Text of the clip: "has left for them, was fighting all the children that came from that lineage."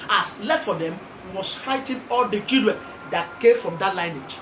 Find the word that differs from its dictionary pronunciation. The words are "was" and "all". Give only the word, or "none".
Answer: was